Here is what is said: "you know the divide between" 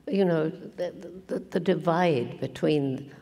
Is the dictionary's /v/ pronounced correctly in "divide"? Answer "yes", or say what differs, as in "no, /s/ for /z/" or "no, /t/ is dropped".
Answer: yes